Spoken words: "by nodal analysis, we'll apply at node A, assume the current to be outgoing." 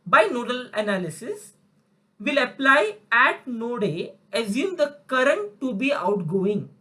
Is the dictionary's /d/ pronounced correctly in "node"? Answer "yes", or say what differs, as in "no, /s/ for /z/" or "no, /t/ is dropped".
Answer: yes